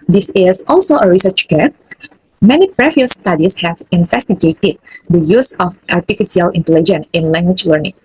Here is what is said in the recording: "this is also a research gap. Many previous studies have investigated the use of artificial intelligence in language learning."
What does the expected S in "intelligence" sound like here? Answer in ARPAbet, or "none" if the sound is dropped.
none